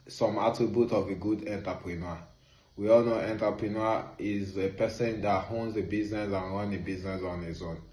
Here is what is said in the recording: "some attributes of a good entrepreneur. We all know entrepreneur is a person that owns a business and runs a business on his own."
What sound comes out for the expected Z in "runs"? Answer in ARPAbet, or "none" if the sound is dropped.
none